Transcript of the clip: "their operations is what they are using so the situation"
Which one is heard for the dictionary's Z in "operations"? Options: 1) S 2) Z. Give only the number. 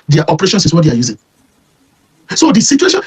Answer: 1